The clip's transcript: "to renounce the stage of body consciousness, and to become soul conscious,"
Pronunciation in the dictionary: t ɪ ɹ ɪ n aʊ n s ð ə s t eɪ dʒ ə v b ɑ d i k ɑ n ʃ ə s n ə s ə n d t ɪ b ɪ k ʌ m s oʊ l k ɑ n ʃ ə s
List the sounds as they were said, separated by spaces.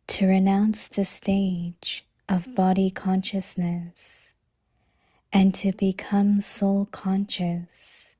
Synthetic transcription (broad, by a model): t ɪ ɹ ɪ n aʊ n s ð ə s t eɪ dʒ ə v b ɑ d i k ɑ n ʃ ə s n ə s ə n t ɪ b ɪ k ʌ m s oʊ l k ɑ n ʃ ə s